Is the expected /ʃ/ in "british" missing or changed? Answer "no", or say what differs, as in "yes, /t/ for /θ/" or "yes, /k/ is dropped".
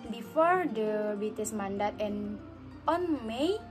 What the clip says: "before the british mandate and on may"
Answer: yes, /s/ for /ʃ/